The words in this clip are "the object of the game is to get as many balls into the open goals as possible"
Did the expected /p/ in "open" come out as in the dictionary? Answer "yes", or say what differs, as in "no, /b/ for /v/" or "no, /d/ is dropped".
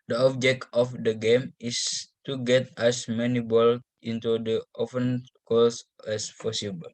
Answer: no, /f/ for /p/